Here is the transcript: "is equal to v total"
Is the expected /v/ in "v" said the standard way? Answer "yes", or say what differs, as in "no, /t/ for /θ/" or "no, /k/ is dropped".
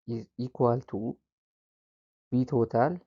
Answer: no, /b/ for /v/